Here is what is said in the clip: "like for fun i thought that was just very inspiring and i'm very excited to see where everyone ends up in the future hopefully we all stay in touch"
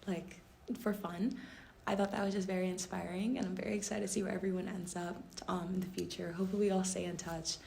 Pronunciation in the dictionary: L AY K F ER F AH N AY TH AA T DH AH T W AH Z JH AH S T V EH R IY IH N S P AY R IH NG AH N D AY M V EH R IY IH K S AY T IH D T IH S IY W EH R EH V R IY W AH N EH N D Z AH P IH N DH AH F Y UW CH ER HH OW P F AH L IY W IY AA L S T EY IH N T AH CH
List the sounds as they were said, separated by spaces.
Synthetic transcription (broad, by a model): L AY K F ER F AH N AY TH AA T DH AH T W AH Z JH AH S T V EH R IY IH N S P AY R IH NG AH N AY M V EH R IY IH K S AY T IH T IH S IY W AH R EH V R IY W AH N EH N D Z AH P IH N DH AH F Y UW CH ER HH OW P F L W IY AA L S T EY IH N T AH CH